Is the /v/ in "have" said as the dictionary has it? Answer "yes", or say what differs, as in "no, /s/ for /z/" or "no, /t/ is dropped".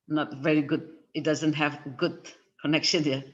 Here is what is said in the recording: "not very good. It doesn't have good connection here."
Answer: yes